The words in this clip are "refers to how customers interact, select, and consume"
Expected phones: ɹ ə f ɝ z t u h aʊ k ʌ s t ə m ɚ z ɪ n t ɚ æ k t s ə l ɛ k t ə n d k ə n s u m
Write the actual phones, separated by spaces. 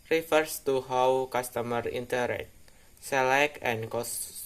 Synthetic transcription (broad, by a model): ɹ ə f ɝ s t u h aʊ k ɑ s t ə m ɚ i n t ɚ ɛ t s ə l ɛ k ə n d k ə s